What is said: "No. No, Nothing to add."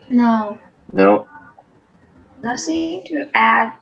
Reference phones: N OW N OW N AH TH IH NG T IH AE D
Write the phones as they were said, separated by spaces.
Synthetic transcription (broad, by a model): N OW N OW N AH S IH T IH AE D